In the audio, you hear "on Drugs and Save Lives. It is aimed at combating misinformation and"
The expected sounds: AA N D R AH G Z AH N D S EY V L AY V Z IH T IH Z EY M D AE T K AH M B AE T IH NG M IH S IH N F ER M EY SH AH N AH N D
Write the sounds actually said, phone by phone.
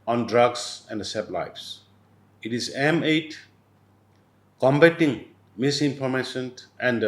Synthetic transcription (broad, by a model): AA N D R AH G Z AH N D S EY B L AY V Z IH T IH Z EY M EH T K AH M B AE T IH NG M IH S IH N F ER M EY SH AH N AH N D